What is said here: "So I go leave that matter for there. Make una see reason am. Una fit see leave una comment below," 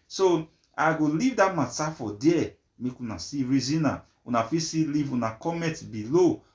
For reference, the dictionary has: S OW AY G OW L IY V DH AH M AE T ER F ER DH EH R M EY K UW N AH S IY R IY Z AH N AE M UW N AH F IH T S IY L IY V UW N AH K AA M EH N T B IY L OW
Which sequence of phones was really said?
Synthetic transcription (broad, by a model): S OW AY G OW L IY V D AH M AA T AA F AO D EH M EY K UW N AH S IY R IY Z AH N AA UW N AH F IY S IY L IY V UW N AH K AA M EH T B IY L OW